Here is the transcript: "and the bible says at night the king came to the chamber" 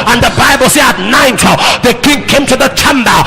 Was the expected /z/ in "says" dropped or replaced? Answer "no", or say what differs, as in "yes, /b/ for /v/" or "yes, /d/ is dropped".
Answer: yes, /z/ is dropped